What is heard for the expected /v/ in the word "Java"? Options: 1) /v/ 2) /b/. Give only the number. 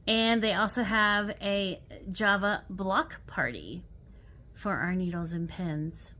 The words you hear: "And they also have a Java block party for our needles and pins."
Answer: 1